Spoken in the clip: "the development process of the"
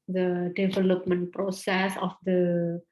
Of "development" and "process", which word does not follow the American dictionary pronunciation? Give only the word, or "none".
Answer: none